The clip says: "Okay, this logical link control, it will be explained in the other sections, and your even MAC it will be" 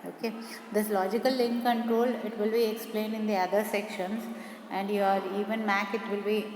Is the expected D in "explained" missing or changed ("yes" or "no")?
no